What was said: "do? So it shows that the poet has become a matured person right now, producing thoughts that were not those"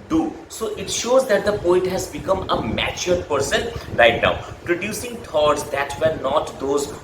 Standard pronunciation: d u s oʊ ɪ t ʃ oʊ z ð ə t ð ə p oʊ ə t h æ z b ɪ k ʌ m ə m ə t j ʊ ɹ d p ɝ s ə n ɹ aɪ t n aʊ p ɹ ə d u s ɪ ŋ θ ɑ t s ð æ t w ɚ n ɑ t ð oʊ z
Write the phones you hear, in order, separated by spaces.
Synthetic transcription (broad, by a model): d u s oʊ ɪ t ʃ oʊ z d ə t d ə p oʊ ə t h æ z b ɪ k ʌ m ə m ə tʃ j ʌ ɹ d p ɝ s ə n ɹ aɪ t n aʊ p ɹ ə d u s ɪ ŋ t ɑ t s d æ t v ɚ n ɑ t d oʊ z